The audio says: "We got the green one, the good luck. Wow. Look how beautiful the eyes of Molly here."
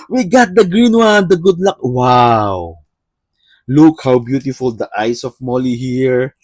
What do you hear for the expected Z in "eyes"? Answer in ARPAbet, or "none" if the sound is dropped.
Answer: S